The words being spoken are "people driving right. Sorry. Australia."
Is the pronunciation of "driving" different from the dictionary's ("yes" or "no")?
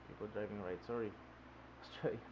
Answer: no